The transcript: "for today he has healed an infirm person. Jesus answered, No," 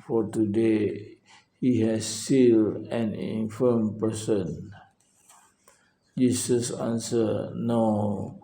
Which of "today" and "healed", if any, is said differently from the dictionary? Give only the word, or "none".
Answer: healed